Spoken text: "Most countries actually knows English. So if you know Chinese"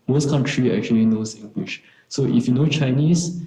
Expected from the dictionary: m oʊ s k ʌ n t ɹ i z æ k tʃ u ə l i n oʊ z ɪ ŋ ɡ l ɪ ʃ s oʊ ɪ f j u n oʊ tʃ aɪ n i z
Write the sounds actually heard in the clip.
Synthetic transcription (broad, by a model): m oʊ s k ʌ n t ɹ i ɛ k tʃ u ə l i n oʊ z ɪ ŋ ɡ w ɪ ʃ s oʊ ɪ f j u n oʊ tʃ aɪ n i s